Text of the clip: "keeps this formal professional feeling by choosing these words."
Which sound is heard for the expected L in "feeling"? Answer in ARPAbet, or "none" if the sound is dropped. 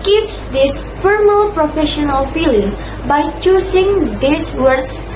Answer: L